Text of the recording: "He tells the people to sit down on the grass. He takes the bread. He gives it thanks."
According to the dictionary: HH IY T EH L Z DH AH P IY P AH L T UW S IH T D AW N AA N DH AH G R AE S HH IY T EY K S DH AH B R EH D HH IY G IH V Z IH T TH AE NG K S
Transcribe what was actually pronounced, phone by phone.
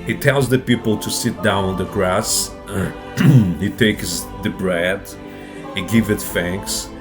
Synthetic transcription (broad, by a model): HH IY T EH L Z DH AH P IY P AH L T UW S IH T D AW N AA N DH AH G R AE S HH IY T EY K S DH AH B R EH D HH IY G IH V IH T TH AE NG K S